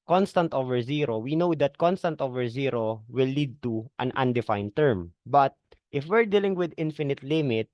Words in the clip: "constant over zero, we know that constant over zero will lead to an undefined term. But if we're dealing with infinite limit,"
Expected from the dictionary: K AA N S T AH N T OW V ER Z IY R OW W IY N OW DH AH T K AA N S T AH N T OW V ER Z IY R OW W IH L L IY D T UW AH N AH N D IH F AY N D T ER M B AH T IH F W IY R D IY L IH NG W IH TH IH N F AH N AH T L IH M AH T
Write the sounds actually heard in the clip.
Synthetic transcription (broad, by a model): K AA N S T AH N T OW V ER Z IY R OW W IY N OW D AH T K AA N S T AH N T OW V ER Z IY R OW W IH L L IY D T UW AH N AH N D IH F AY N T ER M B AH T IH F W IY R D IY L IH NG W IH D IH N F AH N AH T L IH M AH T